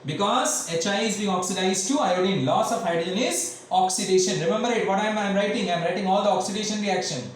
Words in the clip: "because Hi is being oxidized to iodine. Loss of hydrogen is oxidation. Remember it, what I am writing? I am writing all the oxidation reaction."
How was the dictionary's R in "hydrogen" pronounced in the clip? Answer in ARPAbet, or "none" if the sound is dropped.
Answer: none